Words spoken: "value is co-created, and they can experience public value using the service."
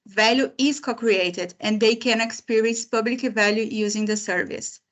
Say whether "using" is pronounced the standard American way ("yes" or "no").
yes